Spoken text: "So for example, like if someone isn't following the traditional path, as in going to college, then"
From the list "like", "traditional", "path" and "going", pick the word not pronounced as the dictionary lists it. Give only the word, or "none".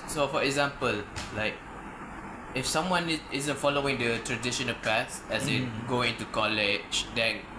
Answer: path